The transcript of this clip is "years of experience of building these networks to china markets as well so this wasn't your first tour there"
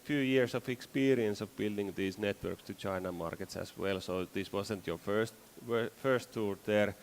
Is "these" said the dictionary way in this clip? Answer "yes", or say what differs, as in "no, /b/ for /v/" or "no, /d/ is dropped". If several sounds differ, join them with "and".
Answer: no, /s/ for /z/